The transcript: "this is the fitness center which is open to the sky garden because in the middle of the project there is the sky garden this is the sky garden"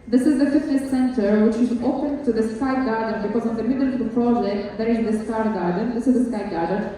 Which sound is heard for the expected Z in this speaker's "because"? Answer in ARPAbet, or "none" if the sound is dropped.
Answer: Z